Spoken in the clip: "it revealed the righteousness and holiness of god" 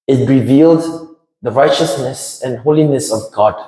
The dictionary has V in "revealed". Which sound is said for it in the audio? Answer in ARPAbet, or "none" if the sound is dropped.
V